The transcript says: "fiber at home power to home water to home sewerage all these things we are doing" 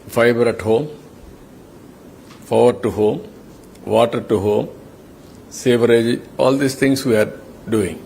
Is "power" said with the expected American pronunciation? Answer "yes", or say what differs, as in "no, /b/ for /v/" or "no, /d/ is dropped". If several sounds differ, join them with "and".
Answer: no, /f/ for /p/